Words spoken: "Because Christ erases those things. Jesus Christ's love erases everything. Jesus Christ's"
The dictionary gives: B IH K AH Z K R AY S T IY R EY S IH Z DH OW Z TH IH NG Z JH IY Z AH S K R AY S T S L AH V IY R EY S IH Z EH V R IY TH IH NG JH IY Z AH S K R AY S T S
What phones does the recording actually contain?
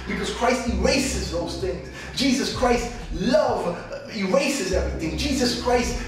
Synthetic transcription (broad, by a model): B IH K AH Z K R AY S T IY R EY S IH Z DH OW Z TH IH NG Z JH IY Z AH S K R AY S T L AH V IY R EY S IH Z EH V R IY TH IH NG JH IY Z AH S K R AY S T